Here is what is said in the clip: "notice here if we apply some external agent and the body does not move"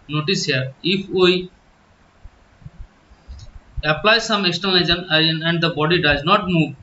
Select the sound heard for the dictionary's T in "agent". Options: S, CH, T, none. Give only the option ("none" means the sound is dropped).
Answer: none